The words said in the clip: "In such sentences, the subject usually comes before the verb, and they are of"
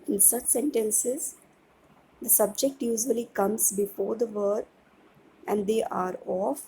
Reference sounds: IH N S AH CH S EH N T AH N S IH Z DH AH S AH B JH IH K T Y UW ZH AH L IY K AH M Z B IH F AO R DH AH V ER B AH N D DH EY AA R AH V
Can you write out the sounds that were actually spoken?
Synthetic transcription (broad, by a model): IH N S AH CH S EH N T AH N S IH Z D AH S AH B JH IH K T Y UW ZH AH L IY K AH M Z B IH F AO R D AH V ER AH N D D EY AA R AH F